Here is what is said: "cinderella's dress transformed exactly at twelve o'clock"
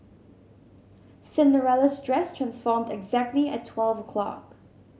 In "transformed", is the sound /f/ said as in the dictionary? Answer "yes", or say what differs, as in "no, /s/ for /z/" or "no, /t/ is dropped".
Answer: yes